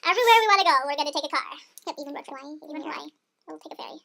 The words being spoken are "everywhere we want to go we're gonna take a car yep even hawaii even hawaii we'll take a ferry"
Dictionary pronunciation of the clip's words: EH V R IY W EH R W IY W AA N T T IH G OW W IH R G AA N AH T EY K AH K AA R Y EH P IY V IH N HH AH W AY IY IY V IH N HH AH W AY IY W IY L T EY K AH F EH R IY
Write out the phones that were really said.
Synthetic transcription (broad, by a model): EH V R IY W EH R W IY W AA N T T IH G OW W IH R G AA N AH T EY K AH K AA R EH IY V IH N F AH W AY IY IY V IH N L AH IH W IY L T EY K AH F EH R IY